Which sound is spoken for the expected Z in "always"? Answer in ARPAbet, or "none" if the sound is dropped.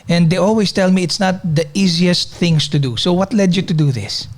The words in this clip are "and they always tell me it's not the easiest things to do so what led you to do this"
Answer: S